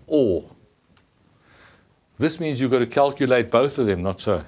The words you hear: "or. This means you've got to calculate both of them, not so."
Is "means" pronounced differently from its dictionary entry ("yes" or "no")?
no